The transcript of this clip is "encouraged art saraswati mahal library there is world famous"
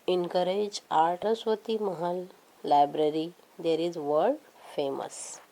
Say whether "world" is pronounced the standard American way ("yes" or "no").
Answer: no